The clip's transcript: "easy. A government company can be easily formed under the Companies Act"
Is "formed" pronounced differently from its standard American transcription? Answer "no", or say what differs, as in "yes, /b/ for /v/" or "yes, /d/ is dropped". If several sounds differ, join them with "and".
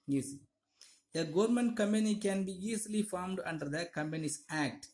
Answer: no